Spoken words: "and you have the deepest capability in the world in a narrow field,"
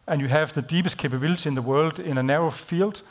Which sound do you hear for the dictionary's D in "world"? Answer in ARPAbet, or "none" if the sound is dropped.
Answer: D